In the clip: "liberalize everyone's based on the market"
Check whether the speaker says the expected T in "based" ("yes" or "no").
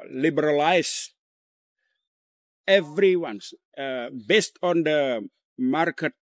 yes